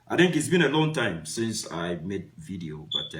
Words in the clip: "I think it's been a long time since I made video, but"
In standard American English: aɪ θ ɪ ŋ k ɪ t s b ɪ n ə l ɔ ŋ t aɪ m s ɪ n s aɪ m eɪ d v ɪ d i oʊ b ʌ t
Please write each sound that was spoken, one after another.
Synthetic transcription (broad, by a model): aɪ θ ɪ ŋ k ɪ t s b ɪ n ə l ɔ ŋ t aɪ m s ɪ n s aɪ m eɪ d v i d i oʊ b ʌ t